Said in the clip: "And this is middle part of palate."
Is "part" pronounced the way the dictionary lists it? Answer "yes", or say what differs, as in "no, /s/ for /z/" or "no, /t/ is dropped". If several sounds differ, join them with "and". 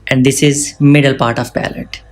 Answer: yes